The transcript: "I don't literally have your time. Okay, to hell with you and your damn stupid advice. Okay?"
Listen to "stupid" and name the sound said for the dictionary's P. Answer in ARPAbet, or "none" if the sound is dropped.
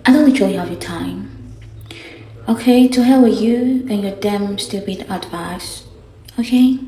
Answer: B